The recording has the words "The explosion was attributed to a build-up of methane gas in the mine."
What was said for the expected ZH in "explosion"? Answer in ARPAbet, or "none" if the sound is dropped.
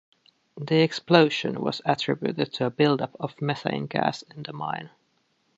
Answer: SH